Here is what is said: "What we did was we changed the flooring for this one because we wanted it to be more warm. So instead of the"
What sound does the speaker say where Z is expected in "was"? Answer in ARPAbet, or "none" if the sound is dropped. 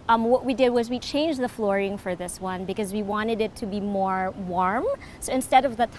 Z